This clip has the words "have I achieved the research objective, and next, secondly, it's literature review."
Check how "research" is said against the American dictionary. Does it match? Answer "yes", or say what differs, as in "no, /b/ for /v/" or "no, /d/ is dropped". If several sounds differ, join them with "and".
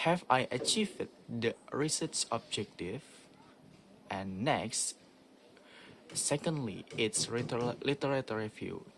no, /s/ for /tʃ/